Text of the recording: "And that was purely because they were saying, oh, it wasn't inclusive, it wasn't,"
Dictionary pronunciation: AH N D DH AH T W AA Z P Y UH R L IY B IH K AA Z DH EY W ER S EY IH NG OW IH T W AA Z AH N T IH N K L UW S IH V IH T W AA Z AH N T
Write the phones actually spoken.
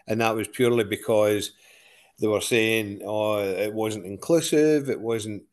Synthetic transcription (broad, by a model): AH N DH AH T W AA Z P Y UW R L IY B IH K AA Z DH EY W ER S EY IH NG OW IH T W AA Z AH N T IH N K L UW S IH V IH T W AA Z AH N T